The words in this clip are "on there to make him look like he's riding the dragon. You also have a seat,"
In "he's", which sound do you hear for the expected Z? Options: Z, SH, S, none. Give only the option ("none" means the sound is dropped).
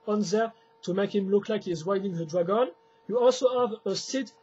Z